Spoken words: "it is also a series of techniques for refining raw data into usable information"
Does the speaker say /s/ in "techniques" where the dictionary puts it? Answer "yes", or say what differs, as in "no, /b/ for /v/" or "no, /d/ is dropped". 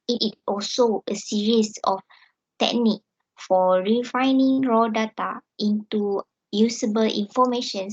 no, /s/ is dropped